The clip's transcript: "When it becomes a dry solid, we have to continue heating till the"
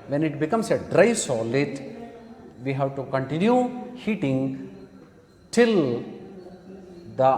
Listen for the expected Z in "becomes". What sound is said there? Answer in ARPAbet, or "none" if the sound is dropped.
S